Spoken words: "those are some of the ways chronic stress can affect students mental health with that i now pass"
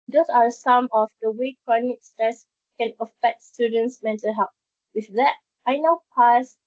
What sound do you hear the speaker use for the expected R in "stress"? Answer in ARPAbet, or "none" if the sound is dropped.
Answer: R